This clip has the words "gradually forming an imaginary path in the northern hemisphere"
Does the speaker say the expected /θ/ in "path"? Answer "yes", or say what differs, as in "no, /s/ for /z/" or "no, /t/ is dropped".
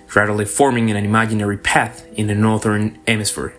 yes